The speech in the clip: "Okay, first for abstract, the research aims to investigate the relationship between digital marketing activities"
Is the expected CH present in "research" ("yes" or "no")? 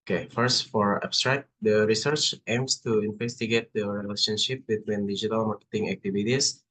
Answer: yes